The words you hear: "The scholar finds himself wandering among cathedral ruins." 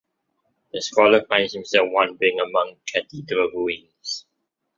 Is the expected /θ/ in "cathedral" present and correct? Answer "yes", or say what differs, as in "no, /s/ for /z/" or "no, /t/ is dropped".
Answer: no, /t/ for /θ/